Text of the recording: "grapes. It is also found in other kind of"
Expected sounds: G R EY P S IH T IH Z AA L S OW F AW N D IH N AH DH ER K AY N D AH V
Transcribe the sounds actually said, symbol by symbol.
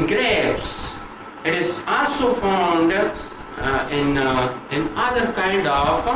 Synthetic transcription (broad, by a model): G R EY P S IH T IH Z AA L S OW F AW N D IH N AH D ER K AY N D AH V